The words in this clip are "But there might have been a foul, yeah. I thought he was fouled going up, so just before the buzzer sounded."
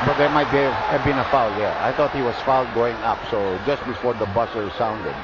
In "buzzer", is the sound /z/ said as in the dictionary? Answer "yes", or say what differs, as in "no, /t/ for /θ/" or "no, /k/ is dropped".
no, /s/ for /z/